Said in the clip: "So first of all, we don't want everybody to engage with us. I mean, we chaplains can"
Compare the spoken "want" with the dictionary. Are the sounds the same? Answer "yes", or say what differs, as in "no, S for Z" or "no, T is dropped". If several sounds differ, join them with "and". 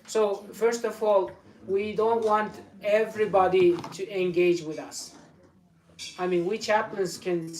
yes